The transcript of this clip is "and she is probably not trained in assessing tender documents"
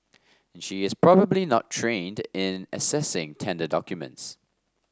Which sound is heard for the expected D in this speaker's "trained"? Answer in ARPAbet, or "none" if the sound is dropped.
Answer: D